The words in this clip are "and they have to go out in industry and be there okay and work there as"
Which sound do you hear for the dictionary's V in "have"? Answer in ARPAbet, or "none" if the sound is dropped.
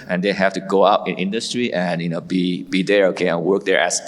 F